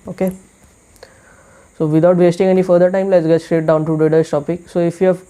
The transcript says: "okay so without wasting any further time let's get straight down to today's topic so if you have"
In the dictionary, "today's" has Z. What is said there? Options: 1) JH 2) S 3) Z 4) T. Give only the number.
2